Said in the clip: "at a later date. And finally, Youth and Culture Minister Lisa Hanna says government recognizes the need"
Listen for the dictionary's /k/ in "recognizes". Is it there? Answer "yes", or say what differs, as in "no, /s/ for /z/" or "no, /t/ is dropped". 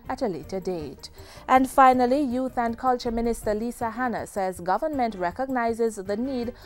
yes